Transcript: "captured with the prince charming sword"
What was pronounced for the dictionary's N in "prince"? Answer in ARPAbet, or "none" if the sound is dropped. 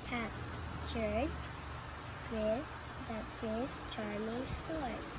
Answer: none